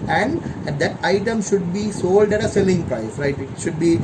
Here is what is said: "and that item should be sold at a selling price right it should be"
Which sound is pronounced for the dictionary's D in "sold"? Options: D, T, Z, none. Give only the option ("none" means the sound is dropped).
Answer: D